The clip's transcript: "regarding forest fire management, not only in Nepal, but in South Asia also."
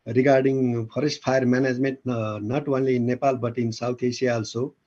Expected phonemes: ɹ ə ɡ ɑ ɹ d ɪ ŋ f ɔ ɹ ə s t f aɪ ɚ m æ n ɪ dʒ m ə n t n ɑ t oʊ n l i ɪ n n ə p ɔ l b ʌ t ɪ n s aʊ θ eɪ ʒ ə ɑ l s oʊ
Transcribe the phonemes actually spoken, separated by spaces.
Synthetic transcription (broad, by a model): ɹ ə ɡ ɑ ɹ d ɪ ŋ p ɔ ɹ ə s t p aɪ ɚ m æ n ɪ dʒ m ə n t n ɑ t oʊ n l i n n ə p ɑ l b ʌ t ɪ n s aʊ t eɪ s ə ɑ l s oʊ